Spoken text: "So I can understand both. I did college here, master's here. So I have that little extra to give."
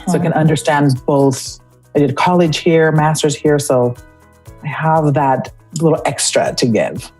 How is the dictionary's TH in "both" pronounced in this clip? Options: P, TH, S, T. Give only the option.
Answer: TH